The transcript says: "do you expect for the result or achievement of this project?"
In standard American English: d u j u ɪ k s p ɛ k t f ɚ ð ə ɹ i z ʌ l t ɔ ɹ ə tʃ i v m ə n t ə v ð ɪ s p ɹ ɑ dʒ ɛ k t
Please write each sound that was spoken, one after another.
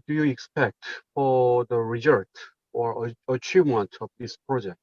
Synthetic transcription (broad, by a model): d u j u ɪ k s p ɛ k t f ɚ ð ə ɹ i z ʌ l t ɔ ɹ ə tʃ i v m ə n t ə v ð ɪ s p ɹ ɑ dʒ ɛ k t